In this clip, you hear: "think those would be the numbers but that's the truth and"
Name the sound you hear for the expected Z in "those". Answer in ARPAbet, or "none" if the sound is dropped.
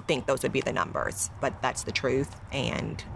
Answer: Z